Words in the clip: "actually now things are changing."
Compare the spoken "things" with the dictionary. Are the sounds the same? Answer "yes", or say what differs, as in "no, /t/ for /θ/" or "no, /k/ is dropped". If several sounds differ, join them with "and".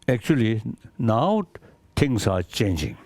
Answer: no, /t/ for /θ/ and /s/ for /z/